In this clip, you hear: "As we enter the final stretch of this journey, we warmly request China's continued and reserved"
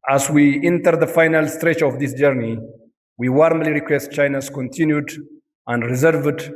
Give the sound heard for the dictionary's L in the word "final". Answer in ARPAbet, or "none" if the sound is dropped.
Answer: L